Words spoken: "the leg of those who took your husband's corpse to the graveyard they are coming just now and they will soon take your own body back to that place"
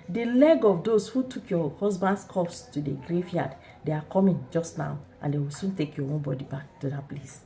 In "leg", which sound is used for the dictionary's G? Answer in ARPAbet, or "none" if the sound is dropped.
G